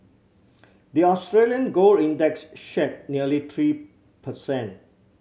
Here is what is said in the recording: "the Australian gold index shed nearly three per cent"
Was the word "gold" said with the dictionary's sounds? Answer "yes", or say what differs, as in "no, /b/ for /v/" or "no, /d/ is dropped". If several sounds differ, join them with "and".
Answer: no, /d/ is dropped